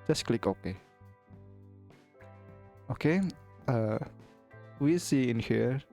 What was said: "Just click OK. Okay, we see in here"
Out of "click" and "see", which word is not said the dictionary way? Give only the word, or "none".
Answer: none